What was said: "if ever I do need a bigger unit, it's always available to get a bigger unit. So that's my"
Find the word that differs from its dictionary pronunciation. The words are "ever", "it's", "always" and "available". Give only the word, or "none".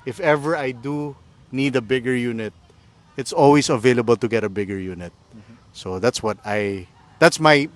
always